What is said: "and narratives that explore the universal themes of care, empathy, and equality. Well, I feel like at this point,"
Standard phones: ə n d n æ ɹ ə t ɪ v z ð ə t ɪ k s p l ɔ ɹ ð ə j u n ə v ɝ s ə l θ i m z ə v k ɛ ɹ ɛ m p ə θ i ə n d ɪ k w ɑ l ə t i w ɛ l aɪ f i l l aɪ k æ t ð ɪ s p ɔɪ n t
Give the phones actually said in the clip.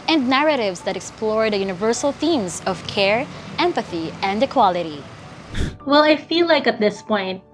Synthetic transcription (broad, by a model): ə n d n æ ɹ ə t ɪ v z ð ə t ɪ k s p l ɔ ɹ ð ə j u n ə v ɝ s ə l θ i m z ə v k ɛ ɹ ɛ m p ə θ i ə n d ɪ k w ɑ l ə t i w ɛ l aɪ f i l l aɪ k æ t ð ɪ s p ɔɪ n t